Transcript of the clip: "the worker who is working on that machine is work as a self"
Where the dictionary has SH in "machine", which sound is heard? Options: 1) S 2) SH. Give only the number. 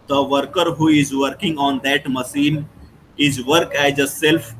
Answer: 1